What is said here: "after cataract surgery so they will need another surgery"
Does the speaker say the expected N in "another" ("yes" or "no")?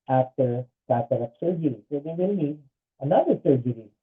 yes